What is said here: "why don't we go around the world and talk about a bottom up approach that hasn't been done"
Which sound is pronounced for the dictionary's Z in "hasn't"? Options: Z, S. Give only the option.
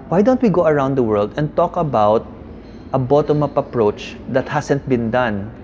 S